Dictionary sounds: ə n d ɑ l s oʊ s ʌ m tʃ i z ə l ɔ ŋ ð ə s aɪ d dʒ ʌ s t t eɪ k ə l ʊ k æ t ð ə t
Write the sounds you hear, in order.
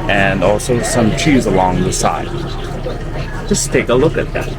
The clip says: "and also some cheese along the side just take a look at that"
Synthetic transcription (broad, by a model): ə n ɑ l s oʊ s ʌ m tʃ i z ə l ɔ ŋ ð ə s aɪ d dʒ ʌ s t t eɪ k ə l ʊ k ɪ t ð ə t